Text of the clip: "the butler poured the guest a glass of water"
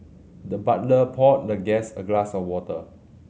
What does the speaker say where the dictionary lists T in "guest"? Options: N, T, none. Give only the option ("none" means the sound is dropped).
none